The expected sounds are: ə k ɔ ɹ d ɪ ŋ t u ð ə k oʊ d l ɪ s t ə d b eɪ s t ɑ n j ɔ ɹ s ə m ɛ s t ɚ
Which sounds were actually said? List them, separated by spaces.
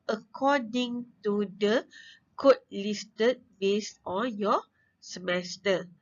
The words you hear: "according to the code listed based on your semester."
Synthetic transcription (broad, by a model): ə k ɔ d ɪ ŋ t u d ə k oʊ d l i s t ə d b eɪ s ɑ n j ɔ s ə m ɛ s t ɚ